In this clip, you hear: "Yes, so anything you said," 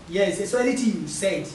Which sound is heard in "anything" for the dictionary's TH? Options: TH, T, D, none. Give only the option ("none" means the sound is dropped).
T